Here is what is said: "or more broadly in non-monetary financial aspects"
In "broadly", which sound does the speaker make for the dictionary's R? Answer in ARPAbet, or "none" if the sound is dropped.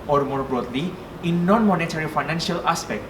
R